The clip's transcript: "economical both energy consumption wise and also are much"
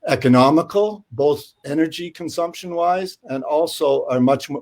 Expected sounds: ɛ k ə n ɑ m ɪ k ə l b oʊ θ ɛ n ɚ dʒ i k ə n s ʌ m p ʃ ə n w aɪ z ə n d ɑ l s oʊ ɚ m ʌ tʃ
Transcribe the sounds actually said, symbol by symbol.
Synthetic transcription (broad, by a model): ɛ k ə n ɑ m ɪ k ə l b oʊ θ ɛ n ɚ dʒ i k ə n s ʌ m p ʃ ə n w aɪ z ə n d ɑ l s oʊ ɚ m ʌ tʃ